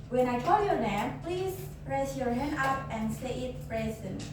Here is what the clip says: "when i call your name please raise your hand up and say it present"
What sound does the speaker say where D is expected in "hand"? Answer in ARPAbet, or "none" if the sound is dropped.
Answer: none